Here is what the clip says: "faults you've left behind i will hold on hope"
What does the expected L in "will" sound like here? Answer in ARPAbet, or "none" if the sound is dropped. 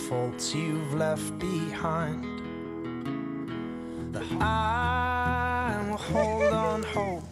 N